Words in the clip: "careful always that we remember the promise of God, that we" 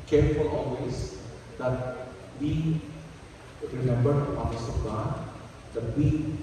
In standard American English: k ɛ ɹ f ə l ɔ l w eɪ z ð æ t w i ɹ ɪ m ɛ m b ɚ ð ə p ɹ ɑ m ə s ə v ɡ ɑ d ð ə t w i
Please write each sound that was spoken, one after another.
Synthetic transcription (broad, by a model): k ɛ ɹ f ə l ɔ l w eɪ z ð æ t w i ɹ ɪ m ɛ m b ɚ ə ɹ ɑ ə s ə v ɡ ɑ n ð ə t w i